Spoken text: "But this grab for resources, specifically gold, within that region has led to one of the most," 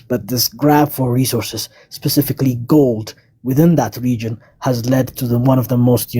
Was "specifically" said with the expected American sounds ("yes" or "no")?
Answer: yes